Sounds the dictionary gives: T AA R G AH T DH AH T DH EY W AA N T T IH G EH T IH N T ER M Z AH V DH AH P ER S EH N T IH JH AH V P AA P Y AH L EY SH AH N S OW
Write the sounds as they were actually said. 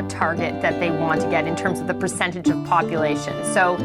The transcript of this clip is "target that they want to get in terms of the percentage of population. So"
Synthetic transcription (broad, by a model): T AA R G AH T DH AH T DH EY W AA N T T IH G EH T IH N T ER M Z AH V DH AH P ER S EH N T IH JH AH V P AA P Y AH L EY SH AH N S OW